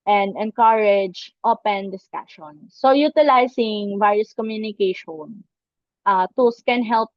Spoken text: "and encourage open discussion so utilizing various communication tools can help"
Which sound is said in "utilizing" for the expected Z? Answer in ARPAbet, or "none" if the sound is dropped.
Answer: S